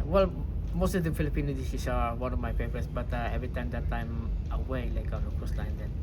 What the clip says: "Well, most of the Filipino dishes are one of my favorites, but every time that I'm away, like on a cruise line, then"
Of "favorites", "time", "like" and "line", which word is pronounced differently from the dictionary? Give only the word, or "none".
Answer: favorites